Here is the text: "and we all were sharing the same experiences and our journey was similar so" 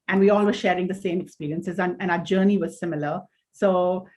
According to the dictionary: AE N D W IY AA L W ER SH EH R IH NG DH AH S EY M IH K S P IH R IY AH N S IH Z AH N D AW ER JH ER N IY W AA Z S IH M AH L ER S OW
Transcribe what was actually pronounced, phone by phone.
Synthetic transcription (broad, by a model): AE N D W IY AA L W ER SH EH R IH NG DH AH S EY M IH K S P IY R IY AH N S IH Z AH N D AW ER JH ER N IY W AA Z S IH M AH L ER S OW